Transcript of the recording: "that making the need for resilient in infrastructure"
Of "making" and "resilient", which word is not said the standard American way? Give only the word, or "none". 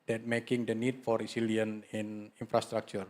resilient